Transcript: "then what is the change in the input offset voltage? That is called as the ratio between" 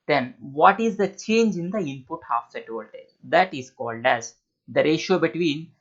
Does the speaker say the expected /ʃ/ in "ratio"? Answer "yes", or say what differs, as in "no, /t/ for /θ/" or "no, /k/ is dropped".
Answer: yes